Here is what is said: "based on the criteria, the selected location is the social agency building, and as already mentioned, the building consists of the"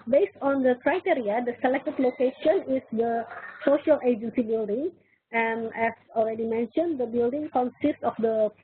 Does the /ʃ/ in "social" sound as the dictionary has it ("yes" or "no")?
yes